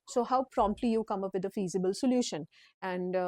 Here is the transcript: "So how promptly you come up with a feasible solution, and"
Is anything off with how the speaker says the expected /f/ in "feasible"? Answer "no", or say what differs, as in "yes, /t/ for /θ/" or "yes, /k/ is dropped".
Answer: no